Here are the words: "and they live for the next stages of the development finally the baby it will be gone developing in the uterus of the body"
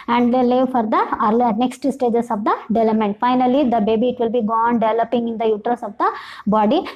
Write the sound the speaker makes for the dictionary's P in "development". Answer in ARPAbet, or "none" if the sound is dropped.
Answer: none